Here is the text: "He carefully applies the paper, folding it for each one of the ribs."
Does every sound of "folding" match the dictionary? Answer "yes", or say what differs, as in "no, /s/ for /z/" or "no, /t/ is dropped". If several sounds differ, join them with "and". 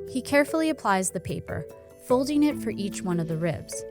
yes